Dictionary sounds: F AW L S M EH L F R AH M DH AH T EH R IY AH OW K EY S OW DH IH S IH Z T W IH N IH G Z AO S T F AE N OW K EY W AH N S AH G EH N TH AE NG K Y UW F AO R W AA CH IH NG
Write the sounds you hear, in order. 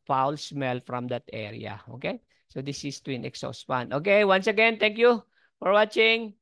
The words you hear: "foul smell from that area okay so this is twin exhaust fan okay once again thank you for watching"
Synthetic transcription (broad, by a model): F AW L S M EH L F R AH M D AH T EH R IY AH OW K EY S OW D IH S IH S T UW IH N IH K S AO S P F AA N OW K EY W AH N S AH G EH N T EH NG K Y UW F AO R W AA CH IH NG